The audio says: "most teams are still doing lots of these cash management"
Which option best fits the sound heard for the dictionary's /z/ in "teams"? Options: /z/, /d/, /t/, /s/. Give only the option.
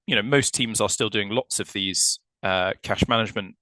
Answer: /z/